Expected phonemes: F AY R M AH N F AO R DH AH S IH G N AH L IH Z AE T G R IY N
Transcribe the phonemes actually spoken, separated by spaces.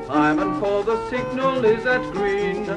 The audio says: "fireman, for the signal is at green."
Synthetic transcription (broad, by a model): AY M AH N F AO L DH AH S IH G N AH L IH Z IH T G R IY N